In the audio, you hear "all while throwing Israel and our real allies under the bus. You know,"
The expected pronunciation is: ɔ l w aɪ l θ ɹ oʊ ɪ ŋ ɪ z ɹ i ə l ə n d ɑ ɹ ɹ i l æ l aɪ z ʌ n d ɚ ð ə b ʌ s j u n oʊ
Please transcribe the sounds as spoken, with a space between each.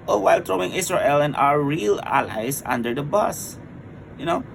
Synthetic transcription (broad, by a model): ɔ w aɪ l t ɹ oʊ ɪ ŋ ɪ s ɹ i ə l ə n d ɑ ɹ ɹ i l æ l aɪ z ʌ n d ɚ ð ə b ʌ s j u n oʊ